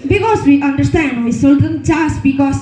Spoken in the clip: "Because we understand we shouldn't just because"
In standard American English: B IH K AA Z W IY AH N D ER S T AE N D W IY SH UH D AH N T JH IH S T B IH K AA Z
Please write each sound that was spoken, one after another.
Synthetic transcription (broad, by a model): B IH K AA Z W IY AH N D ER S T AE N D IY S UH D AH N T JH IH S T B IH K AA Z